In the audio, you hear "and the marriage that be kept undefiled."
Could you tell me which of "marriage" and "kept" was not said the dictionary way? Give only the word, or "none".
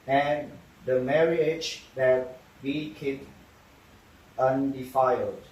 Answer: kept